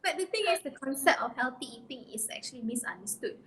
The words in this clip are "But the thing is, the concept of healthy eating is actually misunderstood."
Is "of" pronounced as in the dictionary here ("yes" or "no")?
no